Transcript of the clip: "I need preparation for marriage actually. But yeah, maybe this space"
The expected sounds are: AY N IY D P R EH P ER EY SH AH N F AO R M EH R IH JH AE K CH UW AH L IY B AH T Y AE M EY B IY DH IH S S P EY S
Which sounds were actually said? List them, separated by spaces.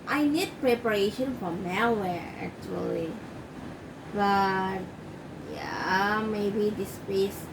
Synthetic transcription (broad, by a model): AY N IY D P R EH P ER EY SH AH N F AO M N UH W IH AE K CH UW AH L IY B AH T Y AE M EY B IY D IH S S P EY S